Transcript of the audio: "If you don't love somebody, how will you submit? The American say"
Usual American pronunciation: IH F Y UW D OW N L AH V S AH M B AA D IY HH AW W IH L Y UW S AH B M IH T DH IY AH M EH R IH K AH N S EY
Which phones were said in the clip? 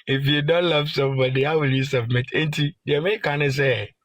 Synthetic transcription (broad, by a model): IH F Y UW D OW N L AH V S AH M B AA D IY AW W IH L Y UW S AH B M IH T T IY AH EH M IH K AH N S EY